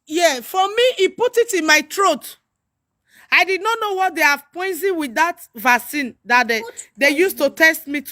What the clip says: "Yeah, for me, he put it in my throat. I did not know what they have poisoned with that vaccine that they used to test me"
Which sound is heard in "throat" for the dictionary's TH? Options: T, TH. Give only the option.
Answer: T